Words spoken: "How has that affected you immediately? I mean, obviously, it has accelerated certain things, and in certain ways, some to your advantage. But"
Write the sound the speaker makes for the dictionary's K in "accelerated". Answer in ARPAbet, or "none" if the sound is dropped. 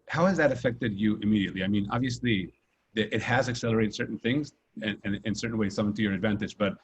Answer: K